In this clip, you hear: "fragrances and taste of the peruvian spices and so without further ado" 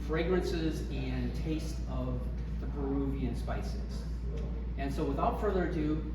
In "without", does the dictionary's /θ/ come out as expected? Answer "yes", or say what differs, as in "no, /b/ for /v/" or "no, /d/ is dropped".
yes